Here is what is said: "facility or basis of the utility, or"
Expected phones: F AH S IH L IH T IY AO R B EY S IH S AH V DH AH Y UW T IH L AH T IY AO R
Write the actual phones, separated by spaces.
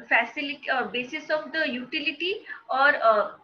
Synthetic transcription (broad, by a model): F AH S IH L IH T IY AO R B EY S IH S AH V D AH Y UW T IH L AH T IY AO R